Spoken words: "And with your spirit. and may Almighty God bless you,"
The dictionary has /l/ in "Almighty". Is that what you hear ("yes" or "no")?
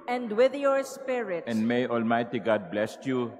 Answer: yes